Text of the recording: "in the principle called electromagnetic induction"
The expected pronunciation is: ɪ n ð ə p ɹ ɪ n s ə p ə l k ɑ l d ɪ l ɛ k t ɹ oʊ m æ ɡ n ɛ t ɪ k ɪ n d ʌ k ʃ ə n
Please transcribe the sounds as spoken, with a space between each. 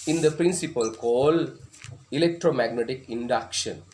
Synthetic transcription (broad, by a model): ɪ n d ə p ɹ ɪ n s ə p ə l k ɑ l ɪ l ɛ k t ɹ oʊ m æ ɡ n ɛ t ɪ k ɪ n d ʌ k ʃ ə n